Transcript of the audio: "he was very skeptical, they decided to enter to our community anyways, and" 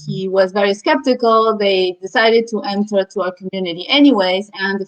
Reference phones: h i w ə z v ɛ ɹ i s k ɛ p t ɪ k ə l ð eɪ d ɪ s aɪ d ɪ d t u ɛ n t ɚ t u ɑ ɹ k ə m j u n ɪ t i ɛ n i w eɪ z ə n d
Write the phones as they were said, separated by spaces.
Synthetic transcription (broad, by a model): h i w ə z v ɛ ɹ i s k ɛ p t ɪ k ə l ð eɪ d ɪ s aɪ d ɪ d t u ɛ n t ɚ t u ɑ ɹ k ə m j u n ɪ t i ɛ n i w eɪ z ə n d